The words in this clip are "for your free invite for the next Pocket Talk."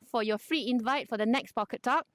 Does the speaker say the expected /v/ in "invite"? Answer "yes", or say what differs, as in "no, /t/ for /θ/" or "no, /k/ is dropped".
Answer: yes